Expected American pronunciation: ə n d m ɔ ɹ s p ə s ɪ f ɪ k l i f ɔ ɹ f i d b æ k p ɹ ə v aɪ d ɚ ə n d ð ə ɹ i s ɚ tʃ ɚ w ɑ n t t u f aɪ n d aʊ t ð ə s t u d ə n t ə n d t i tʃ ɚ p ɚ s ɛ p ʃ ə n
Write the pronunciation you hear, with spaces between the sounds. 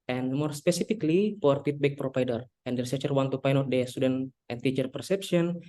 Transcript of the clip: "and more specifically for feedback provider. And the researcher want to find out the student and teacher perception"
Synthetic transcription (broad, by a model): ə n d m ɔ ɹ s p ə s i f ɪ k l i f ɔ ɹ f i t b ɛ k p ɹ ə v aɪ d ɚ ə n d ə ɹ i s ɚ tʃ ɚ w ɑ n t t u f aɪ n aʊ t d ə s t u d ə n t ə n t i tʃ ɚ p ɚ s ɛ p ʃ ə n